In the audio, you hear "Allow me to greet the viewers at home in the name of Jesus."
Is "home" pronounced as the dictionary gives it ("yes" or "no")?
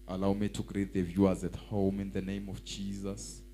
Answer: yes